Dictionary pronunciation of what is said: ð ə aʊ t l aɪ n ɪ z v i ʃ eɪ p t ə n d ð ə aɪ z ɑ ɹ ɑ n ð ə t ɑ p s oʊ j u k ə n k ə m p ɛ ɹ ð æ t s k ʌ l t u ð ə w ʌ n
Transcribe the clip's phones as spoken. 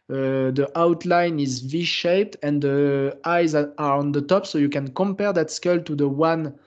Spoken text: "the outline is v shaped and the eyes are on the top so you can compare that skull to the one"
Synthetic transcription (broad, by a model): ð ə aʊ t l aɪ n ɪ z v i ʃ eɪ p t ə n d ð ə aɪ z ɑ ɹ ɑ n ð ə t ɑ p s oʊ j u k ə n k ə m p ɛ ɹ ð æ t s k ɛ l t u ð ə w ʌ n